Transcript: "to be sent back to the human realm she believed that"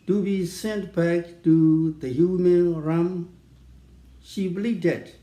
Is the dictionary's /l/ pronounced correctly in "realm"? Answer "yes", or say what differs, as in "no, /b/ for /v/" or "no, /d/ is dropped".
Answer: no, /l/ is dropped